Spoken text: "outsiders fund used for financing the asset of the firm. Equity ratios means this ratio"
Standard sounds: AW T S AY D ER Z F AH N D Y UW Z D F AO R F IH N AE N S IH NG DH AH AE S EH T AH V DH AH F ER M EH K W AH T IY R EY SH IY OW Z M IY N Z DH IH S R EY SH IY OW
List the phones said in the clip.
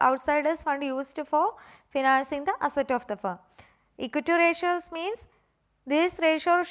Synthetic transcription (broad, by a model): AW T S AY D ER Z F AH N D Y UW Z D F AO R F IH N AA N S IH NG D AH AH S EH T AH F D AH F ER IY K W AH T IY R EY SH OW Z M IY N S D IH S R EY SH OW